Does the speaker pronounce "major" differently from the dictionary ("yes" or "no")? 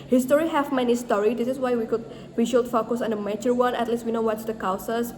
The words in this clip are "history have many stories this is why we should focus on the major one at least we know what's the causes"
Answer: yes